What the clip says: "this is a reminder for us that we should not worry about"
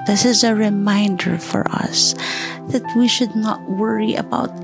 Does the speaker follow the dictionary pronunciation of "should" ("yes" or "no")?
yes